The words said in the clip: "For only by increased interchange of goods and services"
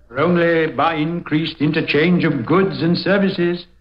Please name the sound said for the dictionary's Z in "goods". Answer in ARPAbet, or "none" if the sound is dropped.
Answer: Z